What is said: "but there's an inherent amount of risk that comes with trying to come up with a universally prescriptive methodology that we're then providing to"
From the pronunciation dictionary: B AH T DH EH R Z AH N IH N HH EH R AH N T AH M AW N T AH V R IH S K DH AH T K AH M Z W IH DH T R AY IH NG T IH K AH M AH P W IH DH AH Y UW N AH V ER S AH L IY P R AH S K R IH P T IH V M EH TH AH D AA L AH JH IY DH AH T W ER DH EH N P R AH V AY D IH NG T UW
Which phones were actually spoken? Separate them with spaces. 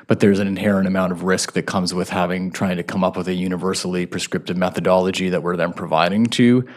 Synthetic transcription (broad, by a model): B AH T DH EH R Z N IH N HH EH R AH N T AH M AW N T AH V R IH S K DH AH T K AH M Z W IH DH T R AY IH NG T IH K AH M AH P W IH DH AH Y UW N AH V ER S L IY P R AH S K R IH P T IH V M EH TH AH D AA L AH JH IY DH AH T W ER DH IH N P R AH V AY D IH NG T UW